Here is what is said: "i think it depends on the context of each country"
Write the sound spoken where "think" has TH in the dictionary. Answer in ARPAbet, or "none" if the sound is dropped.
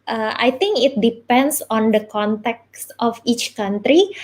T